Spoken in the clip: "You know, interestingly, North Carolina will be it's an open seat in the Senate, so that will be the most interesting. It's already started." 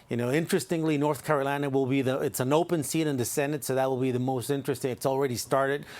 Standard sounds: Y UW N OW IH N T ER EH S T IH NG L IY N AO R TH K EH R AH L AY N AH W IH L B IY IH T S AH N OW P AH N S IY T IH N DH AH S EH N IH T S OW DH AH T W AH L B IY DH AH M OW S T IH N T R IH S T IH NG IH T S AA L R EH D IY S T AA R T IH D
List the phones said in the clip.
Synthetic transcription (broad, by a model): Y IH N OW IH N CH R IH S T IH NG L IY N AO R TH K EH R AH L AY N AH W IH L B IY IH T S AH N OW P AH N S IY T IH N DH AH S EH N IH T S OW DH AH T W AH L B IY DH AH M OW S T IH N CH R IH S T IH NG IH T S L R EH D IY S T AA R T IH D